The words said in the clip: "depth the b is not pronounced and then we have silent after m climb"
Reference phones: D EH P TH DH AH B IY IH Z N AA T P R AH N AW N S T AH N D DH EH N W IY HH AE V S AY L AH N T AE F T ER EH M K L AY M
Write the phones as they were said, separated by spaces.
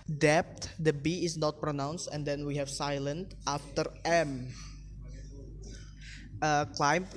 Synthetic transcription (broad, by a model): D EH P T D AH B IY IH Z N AA T P R AH N AW N S T AH N D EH N W IY HH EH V S AY L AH N T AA F T ER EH M K L AY M